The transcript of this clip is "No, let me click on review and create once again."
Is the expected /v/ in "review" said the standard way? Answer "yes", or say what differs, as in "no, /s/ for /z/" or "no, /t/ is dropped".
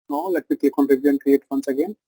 no, /b/ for /v/